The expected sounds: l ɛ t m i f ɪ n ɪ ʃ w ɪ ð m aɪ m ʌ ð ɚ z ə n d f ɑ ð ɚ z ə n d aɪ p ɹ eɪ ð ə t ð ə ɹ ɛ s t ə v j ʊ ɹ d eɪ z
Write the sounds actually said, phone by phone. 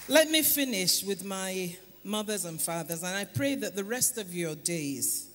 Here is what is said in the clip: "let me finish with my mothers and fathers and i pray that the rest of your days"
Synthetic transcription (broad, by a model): l ɛ t m i f ɪ n ɪ ʃ w ɪ ð m aɪ m ʌ ð ɚ z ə n f ɑ ð ɚ z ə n aɪ p ɹ eɪ ð ə t ð ə ɹ ɛ s t ə v j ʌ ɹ d eɪ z